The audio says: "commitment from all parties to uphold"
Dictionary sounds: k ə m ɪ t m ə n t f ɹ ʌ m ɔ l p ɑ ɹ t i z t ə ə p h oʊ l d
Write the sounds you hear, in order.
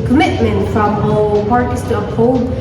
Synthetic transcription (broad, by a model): k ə m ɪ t m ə n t f ɹ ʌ m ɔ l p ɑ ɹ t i s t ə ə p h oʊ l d